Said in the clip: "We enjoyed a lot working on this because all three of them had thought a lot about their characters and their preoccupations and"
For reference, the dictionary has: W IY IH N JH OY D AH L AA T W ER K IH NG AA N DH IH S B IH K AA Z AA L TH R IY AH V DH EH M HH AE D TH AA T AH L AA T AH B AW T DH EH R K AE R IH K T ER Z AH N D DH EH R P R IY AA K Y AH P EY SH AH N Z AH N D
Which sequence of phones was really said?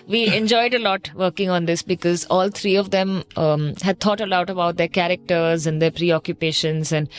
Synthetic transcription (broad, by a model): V IY IH N JH OY D AH L AA T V ER K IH NG AA N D IH S B IH K AA Z AA L T R IY AH V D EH M HH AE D T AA T AH L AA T AH B AW T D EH R K AE R IH K T ER Z AH N D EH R P R IY AA K Y AH P EY SH AH N Z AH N D